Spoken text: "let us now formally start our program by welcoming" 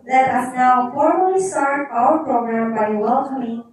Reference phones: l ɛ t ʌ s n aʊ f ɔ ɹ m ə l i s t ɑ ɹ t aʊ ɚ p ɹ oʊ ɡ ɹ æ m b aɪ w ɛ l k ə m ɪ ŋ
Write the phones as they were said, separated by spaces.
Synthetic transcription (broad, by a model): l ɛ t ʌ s n aʊ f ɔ ɹ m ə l i s t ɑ ɹ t aʊ ɚ p ɹ oʊ ɡ ɹ æ m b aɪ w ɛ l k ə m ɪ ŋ